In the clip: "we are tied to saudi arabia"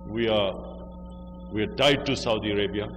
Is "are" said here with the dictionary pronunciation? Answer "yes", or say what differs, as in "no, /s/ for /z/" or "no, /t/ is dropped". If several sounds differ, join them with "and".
no, /w/ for /ɹ/